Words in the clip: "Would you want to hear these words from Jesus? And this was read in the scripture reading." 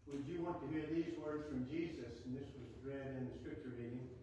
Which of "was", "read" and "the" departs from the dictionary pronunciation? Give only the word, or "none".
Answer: none